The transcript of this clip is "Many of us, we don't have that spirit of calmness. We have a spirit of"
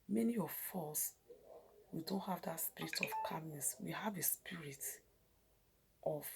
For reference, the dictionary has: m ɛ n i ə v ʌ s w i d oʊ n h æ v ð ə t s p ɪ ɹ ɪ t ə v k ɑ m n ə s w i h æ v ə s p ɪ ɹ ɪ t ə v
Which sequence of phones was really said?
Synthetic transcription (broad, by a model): m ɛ n i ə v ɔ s w i d oʊ n h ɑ v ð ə t s p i ɹ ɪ t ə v k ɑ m ə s w i h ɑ v ə s p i ɹ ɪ t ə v